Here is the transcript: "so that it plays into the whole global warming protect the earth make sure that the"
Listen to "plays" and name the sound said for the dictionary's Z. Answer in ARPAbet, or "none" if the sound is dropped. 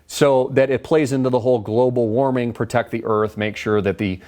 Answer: Z